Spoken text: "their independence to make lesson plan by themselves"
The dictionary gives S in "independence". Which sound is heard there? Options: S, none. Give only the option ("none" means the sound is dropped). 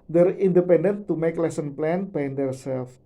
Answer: none